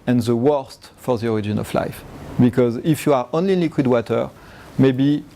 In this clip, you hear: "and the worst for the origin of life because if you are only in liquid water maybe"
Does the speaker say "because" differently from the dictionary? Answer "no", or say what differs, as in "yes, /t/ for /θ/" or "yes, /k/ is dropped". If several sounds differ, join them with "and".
no